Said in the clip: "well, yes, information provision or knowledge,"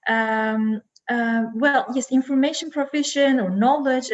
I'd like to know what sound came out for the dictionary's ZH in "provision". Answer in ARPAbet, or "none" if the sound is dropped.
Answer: SH